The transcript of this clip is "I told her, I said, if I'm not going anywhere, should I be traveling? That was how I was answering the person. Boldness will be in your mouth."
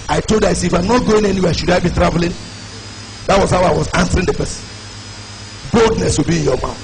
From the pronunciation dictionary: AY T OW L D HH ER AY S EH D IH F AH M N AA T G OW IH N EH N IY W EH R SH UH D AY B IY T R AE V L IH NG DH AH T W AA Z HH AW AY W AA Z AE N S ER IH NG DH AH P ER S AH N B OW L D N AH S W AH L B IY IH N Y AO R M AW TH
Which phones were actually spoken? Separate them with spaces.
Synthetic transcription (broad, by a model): AY T OW L D AY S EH IH F AH M N AA T G OW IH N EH N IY W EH SH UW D AY B IY T R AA V L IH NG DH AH T W AA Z HH AW AY W AA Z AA N S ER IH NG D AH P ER S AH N B OW L D N AH S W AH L B IY IH N Y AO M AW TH